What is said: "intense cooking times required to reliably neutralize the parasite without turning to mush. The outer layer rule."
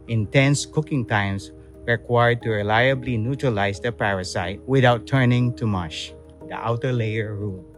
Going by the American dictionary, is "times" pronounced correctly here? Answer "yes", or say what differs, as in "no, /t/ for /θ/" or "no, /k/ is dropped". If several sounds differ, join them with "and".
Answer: no, /s/ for /z/